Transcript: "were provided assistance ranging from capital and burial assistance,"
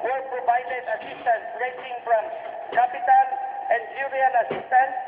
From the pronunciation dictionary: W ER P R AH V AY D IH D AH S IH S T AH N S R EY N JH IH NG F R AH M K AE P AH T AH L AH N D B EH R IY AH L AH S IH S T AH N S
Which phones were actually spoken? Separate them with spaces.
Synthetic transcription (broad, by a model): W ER P R AH V AY D IH D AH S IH S T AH N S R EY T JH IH NG F R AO M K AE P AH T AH N AH N D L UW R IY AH N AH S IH S T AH N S